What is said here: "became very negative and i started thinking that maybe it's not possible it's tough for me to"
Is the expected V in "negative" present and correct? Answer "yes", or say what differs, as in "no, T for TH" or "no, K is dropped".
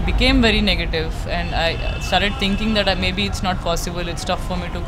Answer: yes